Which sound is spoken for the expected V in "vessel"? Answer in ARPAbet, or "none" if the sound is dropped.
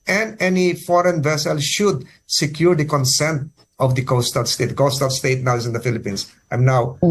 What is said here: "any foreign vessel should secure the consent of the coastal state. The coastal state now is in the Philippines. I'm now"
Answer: V